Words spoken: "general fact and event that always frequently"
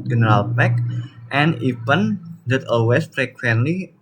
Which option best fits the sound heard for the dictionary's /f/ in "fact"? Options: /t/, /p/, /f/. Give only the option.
/p/